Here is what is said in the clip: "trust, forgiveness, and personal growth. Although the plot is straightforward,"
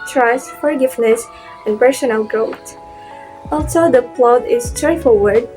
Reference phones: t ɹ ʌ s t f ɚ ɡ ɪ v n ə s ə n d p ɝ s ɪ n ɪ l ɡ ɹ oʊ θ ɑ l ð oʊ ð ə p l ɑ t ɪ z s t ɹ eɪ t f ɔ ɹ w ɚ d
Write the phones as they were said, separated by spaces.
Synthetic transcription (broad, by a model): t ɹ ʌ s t f ɚ ɡ ɪ v n ə s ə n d p ɝ s ɪ n ɪ l ɡ oʊ t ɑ l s oʊ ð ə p l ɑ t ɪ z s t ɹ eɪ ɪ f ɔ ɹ w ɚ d